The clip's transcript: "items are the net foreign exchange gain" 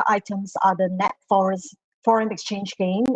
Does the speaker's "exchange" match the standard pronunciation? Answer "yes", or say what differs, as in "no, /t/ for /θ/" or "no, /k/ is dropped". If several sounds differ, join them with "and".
yes